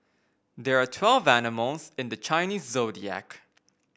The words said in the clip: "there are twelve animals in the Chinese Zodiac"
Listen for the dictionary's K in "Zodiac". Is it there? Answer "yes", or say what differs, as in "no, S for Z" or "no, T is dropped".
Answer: yes